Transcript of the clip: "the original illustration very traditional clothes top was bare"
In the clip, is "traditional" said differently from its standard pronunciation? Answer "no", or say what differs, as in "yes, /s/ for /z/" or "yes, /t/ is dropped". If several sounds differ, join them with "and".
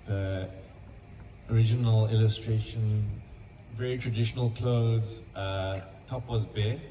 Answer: no